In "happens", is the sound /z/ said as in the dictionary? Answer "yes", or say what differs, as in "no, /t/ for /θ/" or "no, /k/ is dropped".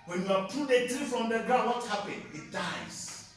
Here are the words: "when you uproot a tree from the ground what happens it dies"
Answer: no, /z/ is dropped